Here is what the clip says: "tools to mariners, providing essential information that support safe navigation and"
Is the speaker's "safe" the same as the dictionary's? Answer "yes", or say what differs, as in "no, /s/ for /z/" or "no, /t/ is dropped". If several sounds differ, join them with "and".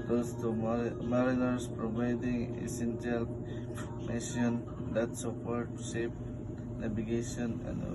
no, /p/ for /f/